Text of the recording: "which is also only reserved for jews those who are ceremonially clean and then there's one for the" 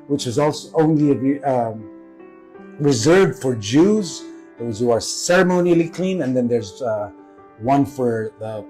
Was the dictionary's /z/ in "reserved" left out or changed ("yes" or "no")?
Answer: no